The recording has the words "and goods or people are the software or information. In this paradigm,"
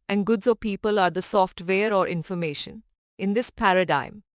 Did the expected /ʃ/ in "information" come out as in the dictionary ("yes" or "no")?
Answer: yes